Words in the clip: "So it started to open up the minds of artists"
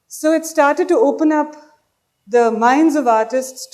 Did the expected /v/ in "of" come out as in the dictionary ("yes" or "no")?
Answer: yes